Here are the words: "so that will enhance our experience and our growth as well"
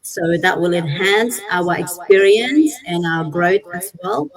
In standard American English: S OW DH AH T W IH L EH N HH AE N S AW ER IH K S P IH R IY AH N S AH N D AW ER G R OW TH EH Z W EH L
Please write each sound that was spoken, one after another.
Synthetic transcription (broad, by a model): S OW DH AH T W IH L EH N HH AE N S AW ER IH K S P IH R IY AH N S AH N AW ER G R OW S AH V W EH L